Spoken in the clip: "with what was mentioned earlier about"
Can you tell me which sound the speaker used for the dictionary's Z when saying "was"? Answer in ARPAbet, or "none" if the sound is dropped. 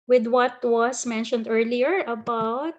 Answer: S